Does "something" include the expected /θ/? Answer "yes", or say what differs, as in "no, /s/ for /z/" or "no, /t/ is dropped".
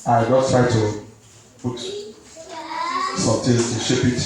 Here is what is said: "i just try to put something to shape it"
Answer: no, /t/ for /θ/